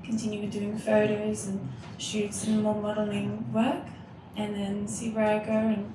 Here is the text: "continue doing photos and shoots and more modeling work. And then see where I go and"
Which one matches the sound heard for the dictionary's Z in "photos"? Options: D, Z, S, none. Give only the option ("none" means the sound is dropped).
Z